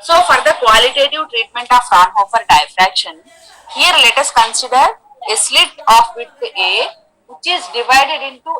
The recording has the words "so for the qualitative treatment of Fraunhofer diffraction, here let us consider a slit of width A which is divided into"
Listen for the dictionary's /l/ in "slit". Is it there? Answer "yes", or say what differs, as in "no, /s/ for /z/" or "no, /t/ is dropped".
yes